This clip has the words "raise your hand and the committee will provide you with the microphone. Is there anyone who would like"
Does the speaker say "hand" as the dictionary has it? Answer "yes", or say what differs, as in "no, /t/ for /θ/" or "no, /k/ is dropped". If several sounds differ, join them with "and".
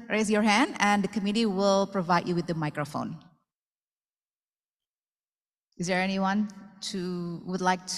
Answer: yes